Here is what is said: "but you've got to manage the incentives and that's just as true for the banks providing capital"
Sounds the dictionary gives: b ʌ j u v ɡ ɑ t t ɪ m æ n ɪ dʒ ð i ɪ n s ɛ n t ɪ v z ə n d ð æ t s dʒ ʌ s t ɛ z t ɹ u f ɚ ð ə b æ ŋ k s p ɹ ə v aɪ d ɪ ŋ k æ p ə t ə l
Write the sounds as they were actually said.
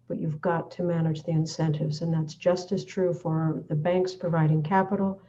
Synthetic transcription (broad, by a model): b ʌ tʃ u v ɡ ɑ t t ɪ m æ n ɪ dʒ ð i ɪ n s ɛ n t ɪ v z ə n ð æ t s dʒ ʌ s t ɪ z t ɹ u f ɚ ð ə b æ ŋ k s p ɹ ə v aɪ d ɪ ŋ k æ p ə t l